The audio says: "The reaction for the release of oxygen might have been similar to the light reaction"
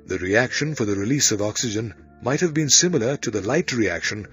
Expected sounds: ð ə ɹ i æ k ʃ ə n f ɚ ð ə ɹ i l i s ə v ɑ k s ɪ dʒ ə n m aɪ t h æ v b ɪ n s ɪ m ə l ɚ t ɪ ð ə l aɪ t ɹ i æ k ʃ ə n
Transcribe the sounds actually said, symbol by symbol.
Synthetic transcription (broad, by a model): ð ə ɹ i æ k ʃ ə n f ɚ ð ə ɹ i l i s ə v ɑ k s ɪ dʒ ə n m aɪ t h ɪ v b ɪ n s ɪ m ə l ɚ t ɪ ð ə l aɪ t ɹ i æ k ʃ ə n